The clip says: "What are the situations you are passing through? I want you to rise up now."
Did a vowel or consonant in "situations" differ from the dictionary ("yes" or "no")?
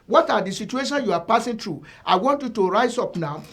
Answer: yes